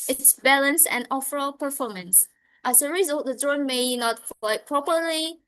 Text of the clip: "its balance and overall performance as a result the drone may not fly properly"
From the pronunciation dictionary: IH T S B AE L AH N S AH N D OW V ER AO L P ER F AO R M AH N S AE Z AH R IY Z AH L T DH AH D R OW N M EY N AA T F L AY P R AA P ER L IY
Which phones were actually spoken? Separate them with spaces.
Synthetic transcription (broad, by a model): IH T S B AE L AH N S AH N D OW F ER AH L P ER F AO M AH N S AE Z AH R IY Z AH L T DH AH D R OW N M EY N AA T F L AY P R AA P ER L IY